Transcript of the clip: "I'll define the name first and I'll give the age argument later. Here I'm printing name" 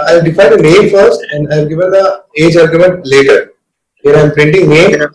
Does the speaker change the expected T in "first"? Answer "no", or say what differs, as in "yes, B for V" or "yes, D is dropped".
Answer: yes, T is dropped